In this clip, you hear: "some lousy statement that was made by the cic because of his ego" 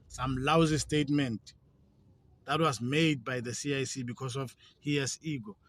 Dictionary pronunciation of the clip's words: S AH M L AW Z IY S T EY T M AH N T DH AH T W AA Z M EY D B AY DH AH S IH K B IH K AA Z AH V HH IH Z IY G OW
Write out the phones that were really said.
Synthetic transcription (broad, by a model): S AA M L AW Z IY S T EY T M AH N T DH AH T W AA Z M EY D B AY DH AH S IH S B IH K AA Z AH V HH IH S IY G OW